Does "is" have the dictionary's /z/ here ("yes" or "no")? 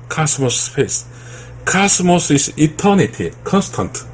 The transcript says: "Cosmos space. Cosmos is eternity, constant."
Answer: no